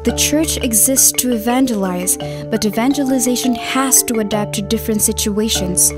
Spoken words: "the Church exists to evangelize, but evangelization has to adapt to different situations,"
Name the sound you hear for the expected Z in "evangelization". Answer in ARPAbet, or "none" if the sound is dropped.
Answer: Z